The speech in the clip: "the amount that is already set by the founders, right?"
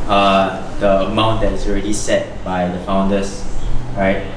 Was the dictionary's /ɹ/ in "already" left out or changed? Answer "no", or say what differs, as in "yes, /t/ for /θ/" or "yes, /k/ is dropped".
no